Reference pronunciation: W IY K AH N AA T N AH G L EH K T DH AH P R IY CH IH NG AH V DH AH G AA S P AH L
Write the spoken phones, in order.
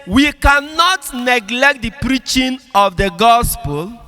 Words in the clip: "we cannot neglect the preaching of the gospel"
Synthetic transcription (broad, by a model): W IY K AH N AA T N AH G L EH K T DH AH P R IY CH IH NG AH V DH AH G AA S P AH L